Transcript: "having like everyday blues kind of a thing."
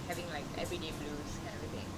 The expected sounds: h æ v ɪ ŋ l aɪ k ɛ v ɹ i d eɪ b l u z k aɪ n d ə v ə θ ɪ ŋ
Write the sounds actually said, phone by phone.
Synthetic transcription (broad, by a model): h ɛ v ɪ ŋ l aɪ k ɛ v ɹ i d eɪ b l u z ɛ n ə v ə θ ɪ ŋ